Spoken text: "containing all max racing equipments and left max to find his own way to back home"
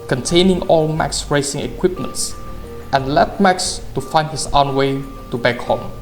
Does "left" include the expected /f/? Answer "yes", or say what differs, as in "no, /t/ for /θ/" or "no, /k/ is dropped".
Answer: no, /f/ is dropped